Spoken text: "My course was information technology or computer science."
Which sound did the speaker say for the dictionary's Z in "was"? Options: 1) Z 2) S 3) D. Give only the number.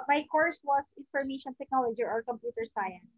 2